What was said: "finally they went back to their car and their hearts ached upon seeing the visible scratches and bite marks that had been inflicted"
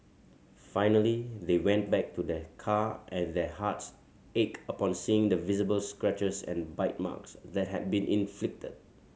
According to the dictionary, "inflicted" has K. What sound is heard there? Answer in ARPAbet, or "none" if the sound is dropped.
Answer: K